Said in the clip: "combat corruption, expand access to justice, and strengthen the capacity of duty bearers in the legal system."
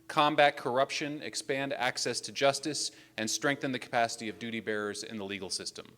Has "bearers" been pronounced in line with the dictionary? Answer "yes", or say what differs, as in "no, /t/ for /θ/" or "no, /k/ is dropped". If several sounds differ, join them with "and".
yes